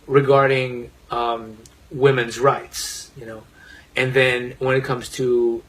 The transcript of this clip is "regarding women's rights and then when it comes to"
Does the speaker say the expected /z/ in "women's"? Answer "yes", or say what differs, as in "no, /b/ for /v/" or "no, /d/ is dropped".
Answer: yes